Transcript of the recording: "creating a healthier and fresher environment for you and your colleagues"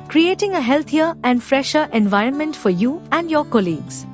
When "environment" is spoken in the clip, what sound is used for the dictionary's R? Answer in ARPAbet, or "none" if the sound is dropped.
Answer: R